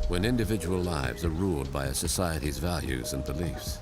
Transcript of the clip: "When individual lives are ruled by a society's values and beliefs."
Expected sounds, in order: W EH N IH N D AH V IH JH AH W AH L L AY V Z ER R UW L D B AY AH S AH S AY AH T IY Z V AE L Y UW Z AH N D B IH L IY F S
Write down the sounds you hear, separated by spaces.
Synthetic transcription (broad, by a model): W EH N IH N D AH V IH JH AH W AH L L AY V Z ER R UW L D B AY AH S AH S AY AH T IY Z V AE L Y UW Z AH N B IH L IY F S